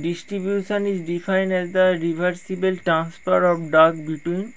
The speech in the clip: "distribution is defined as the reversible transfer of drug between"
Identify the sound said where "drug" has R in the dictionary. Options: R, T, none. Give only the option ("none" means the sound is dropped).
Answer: none